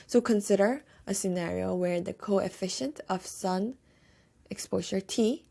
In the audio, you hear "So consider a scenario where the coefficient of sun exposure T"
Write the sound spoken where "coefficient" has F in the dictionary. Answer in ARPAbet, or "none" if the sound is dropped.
F